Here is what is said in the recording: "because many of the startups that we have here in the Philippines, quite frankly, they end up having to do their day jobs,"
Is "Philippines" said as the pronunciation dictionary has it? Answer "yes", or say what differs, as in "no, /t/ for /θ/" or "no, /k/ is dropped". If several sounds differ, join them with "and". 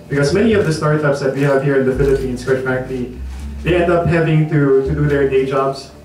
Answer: no, /s/ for /z/